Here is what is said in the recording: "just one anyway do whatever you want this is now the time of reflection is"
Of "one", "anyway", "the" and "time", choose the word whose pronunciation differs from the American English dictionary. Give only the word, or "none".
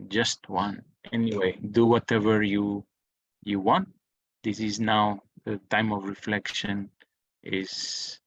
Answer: none